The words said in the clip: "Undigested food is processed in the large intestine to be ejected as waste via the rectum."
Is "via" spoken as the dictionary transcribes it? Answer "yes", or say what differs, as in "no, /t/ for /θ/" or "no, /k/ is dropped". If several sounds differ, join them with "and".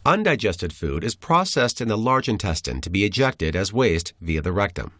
yes